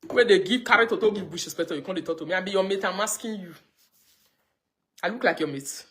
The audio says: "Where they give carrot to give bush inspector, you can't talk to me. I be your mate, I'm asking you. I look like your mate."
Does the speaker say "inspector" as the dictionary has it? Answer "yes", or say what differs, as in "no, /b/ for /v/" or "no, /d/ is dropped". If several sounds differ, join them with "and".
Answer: no, /n/ is dropped and /k/ is dropped